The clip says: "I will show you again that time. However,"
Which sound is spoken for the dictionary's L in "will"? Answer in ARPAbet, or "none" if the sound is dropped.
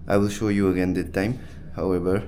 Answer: L